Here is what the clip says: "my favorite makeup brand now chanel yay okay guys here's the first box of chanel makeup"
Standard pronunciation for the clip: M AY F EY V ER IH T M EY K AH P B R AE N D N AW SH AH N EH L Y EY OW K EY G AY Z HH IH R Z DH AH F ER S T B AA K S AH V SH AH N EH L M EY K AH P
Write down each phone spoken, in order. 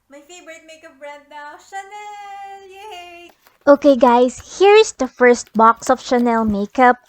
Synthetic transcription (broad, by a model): M AY F EY V ER IH T M EY K AH P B R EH D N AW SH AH N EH L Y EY OW K EY G AY S HH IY R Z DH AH F ER S T B AA K S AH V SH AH N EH L M EY K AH P